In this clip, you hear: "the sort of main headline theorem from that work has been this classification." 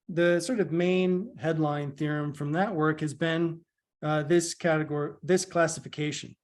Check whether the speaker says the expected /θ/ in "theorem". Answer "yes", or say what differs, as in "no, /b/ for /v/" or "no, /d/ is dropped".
yes